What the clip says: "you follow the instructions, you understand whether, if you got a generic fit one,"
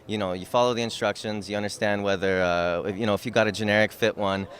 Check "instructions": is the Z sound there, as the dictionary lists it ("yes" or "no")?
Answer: yes